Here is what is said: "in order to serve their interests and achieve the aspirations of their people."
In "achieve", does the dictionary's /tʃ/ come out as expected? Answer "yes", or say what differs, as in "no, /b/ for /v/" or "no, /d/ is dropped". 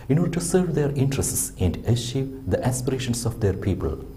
no, /ʃ/ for /tʃ/